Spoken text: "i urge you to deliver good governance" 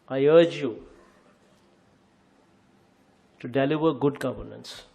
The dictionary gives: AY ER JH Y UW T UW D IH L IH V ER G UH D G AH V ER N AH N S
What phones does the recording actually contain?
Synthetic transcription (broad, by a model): AY ER JH Y UW T UW D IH L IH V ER G UH D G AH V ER N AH N S